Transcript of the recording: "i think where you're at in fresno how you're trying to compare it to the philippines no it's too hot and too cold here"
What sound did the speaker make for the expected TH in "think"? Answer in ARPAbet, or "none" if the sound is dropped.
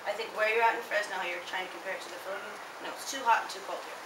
TH